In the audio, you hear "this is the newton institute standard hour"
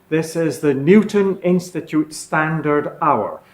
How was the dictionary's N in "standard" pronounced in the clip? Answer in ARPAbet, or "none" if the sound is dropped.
N